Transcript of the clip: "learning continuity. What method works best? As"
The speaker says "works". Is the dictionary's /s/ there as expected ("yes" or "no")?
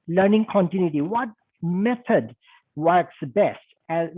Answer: yes